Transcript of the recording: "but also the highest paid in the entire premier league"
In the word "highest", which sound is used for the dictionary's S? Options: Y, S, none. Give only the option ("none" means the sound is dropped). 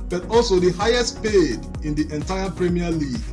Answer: S